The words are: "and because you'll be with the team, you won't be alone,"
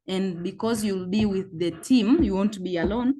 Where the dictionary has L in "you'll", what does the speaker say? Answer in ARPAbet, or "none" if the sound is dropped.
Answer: L